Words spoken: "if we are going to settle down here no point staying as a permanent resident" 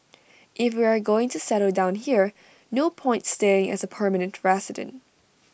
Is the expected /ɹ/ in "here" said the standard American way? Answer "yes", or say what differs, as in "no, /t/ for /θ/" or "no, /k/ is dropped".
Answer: yes